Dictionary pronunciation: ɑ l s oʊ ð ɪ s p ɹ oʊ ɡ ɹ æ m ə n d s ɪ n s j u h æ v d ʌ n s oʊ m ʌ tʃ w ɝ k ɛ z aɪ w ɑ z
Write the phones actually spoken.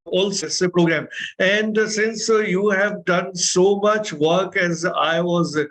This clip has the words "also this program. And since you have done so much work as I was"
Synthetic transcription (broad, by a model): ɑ l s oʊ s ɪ p ɹ oʊ ɡ ɹ æ m ə n d s ɪ n s j u h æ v d ʌ n s oʊ m ʌ tʃ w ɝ k ɛ z aɪ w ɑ z